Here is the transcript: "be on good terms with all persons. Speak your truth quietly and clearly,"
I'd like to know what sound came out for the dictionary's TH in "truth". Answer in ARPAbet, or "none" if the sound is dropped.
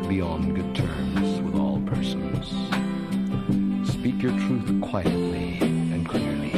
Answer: TH